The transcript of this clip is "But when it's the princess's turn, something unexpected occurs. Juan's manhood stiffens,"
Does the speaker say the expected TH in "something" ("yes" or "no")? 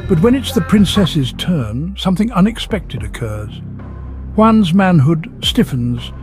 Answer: yes